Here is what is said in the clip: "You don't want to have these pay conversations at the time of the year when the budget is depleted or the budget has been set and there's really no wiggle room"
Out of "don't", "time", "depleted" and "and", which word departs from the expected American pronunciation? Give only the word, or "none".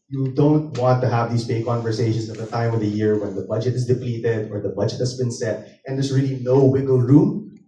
none